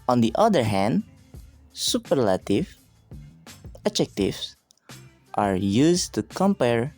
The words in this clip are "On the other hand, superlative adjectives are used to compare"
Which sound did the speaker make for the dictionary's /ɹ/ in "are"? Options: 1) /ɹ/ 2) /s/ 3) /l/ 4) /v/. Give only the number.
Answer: 1